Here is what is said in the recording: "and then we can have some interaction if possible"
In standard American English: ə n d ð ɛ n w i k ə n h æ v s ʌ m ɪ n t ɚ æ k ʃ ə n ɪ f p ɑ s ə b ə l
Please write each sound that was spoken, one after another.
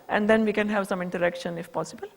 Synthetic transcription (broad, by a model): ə n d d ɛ n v i k ə n h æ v s ʌ m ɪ n t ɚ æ k ʃ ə n ɪ f p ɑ s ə b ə l